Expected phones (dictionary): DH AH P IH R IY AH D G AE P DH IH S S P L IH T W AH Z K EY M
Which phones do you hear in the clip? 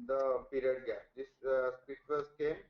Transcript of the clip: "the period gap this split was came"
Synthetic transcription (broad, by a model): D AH P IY R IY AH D G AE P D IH S S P IH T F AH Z K EY M